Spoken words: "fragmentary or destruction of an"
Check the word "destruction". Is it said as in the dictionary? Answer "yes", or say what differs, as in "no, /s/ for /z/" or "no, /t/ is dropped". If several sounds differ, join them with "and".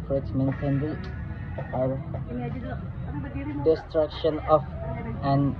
yes